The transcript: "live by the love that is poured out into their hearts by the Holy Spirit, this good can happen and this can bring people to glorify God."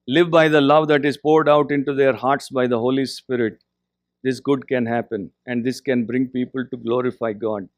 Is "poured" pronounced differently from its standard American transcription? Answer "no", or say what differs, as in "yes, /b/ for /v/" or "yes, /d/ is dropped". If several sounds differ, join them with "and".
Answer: no